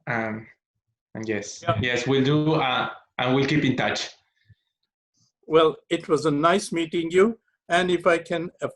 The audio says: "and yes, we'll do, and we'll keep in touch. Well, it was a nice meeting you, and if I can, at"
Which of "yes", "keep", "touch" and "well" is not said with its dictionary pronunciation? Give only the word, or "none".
none